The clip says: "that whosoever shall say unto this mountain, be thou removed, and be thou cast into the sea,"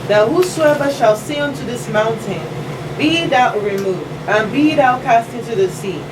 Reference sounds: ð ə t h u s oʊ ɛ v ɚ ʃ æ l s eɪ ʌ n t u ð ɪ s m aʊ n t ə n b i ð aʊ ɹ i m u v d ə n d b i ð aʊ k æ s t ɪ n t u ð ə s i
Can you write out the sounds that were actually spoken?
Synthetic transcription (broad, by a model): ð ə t h u s oʊ ɛ v ɚ ʃ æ l s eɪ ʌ n t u ð ɪ s m aʊ n t ə n b i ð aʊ ɹ i m u v d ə n b i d aʊ k æ s t ɪ n t u ð ə s i